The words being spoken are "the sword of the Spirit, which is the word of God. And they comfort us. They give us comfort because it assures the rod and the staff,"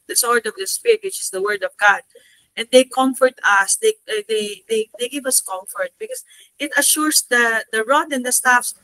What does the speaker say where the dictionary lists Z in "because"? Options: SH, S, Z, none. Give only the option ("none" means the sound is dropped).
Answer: S